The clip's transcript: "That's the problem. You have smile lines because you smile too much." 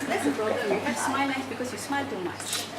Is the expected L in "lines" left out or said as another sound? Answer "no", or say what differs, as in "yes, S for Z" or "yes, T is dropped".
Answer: yes, N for L